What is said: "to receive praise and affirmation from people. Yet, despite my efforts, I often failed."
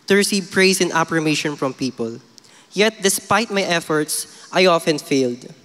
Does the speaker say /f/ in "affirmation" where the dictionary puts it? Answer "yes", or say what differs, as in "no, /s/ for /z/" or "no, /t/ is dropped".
no, /p/ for /f/